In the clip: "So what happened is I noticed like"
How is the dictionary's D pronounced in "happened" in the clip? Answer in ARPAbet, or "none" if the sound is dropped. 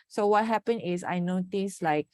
none